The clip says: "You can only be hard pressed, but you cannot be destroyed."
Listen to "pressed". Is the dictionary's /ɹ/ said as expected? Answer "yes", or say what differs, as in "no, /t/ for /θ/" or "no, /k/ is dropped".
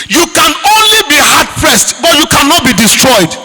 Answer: yes